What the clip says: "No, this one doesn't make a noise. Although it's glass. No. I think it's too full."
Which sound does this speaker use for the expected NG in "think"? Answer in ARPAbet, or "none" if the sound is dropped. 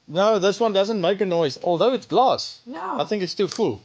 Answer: NG